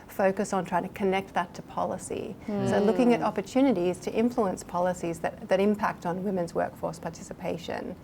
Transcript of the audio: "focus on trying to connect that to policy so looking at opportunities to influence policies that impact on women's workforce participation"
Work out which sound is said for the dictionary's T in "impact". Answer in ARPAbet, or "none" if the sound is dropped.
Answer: T